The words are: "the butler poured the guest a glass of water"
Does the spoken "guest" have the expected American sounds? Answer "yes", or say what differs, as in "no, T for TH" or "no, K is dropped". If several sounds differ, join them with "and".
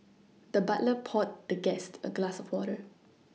yes